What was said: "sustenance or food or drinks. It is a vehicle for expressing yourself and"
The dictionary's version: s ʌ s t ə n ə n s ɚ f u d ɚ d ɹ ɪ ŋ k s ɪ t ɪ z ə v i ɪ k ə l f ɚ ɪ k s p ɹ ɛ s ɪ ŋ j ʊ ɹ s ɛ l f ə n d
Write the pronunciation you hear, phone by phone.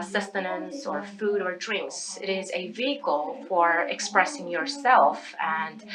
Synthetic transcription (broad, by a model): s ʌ s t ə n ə n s ɚ f u d ɚ d ɹ ɪ ŋ k s ɪ t ɪ z ə v i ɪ k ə l f ɚ ɪ k s p ɹ ɛ s ɪ ŋ j ʊ ɹ s ɛ l f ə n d